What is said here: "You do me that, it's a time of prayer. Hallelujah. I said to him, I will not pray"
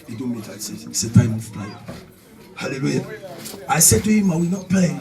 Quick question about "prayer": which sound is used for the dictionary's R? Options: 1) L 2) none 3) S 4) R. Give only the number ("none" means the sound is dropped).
1